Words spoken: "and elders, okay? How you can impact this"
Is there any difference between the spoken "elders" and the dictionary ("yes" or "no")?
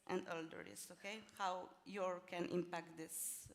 yes